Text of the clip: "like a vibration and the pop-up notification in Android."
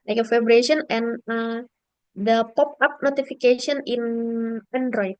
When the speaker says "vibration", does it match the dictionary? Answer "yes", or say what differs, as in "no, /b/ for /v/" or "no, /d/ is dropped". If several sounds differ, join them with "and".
no, /f/ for /v/